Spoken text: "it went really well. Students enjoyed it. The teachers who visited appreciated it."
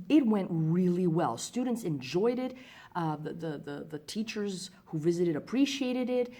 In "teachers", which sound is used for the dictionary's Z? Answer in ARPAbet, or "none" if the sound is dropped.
Z